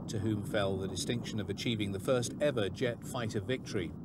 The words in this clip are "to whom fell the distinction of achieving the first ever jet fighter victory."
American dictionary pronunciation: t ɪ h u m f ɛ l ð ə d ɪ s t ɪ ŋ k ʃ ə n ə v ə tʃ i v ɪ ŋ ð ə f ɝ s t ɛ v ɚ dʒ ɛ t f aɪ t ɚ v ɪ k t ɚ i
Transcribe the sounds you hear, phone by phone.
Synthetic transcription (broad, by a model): t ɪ h u m f ɛ l ð ə d ɪ s t ɪ ŋ k ʃ ə n ə v ə tʃ i v ɪ ŋ ð ə f ɝ s t ɛ v ɚ dʒ ɛ t f aɪ t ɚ v ɪ k t ɚ i